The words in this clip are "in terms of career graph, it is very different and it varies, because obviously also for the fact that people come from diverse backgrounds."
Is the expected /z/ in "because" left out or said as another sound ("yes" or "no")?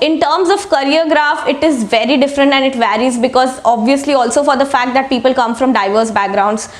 no